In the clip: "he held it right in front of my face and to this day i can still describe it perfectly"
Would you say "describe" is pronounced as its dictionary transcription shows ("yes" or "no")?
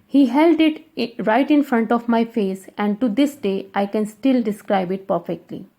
yes